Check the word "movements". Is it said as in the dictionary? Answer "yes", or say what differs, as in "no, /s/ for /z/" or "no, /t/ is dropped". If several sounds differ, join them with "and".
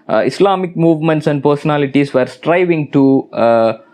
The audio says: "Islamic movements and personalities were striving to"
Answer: yes